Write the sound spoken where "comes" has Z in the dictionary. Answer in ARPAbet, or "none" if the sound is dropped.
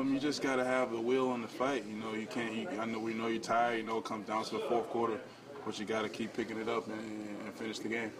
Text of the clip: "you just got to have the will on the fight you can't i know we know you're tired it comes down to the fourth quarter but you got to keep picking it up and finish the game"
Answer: none